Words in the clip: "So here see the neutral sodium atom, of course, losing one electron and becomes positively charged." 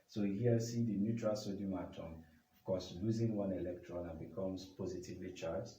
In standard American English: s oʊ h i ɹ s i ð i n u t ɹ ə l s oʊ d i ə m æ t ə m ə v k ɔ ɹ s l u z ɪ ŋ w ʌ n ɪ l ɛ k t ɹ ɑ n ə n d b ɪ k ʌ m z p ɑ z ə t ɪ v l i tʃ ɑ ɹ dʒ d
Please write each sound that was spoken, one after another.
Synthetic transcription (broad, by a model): s oʊ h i s i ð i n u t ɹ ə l s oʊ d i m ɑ t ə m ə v k ɔ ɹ s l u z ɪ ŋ w ʌ n ɪ l ɛ k t ɹ ɑ n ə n b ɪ k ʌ m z p ɑ z ə t ɪ v l i tʃ ɑ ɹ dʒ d